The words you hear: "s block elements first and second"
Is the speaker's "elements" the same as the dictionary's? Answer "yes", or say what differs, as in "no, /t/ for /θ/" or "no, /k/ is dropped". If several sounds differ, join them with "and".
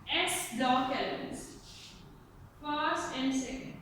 no, /m/ is dropped